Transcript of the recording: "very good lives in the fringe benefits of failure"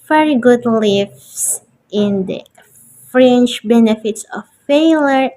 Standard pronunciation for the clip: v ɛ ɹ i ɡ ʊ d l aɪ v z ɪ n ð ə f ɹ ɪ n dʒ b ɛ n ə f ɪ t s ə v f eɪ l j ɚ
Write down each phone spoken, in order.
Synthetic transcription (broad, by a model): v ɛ ɹ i ɡ ʊ d l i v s ɪ n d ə f ɹ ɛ n tʃ b ɛ n ə f ɪ t s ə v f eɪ l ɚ